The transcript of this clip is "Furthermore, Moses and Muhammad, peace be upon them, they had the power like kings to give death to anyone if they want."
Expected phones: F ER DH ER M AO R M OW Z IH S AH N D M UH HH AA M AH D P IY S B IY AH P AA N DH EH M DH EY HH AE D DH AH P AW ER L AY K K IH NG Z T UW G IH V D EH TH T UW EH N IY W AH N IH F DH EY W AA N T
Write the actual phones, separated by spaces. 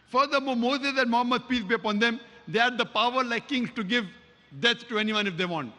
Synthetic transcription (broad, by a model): F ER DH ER M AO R M OW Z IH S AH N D M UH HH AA M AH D P IY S B IY AH P AA N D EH M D EY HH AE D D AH P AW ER L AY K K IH NG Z T UW G IH V D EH S T UW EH N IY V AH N IH F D EY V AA N T